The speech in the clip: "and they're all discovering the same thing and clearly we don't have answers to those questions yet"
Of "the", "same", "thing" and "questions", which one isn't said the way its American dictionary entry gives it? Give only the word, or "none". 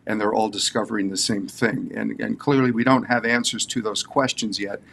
none